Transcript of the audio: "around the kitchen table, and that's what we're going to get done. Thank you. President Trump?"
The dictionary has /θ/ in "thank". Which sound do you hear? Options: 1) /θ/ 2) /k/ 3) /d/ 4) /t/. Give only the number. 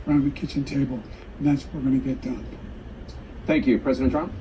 1